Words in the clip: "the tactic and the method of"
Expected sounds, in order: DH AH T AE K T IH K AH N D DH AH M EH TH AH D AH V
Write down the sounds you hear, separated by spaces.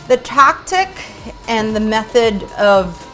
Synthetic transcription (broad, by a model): DH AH T AE K T IH K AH N DH AH M EH TH AH D AH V